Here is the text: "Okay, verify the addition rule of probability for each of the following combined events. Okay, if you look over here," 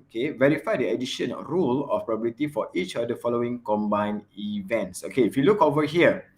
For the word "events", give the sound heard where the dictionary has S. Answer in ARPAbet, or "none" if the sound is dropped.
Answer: S